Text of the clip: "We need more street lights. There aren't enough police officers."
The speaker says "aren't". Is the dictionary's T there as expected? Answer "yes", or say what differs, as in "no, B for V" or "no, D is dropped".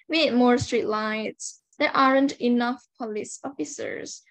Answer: yes